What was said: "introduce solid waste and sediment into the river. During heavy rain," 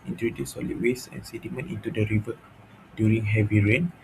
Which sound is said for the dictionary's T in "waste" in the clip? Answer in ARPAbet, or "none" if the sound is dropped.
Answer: none